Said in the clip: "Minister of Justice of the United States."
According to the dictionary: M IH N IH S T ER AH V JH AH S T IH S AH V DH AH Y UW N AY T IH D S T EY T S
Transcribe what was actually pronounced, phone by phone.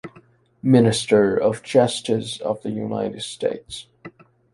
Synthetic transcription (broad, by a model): M IH N IH S T ER AH V CH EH S T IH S AH V DH AH Y UW N AY T IH D S T EY T S